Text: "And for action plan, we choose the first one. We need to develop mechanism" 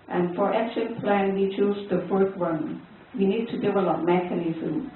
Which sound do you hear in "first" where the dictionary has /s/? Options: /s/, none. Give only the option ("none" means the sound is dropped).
none